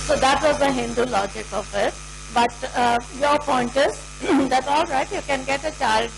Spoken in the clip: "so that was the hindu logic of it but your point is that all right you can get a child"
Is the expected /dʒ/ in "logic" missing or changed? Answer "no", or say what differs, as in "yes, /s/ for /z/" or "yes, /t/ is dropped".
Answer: no